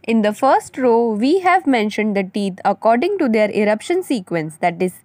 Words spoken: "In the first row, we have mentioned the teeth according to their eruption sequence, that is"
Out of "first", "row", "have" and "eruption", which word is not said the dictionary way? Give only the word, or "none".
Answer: none